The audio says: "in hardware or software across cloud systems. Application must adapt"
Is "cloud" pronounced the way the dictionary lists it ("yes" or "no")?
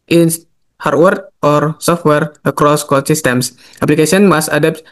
no